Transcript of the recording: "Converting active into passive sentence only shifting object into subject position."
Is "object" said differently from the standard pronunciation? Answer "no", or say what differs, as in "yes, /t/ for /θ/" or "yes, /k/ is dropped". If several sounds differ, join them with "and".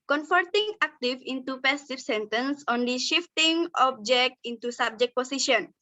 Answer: no